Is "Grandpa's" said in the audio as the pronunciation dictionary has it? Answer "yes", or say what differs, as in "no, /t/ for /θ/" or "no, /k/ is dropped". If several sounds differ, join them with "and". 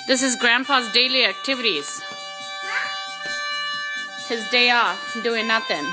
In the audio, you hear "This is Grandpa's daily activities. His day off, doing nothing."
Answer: no, /f/ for /p/